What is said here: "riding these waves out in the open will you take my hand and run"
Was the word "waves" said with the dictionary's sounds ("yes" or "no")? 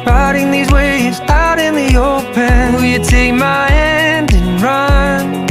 no